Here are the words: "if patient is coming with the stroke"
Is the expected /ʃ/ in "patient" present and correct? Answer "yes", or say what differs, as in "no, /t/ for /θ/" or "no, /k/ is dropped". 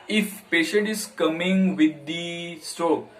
yes